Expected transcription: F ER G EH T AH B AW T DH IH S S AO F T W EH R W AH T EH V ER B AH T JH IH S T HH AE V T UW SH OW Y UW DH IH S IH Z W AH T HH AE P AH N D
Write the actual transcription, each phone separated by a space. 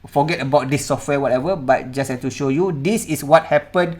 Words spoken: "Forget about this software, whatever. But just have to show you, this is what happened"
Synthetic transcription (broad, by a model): F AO G EH T AH B AW T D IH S S AO F T W EH W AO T EH V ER B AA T JH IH S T HH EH F T UW SH OW Y UW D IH S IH S W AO T HH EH P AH N